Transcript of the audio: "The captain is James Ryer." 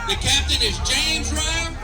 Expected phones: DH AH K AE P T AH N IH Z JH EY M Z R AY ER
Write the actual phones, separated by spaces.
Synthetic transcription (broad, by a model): DH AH K AE P T AH N IH Z JH EY M Z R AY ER